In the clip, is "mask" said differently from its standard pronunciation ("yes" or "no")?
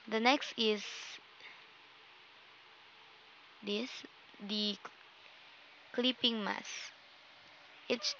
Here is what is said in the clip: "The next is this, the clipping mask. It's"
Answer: yes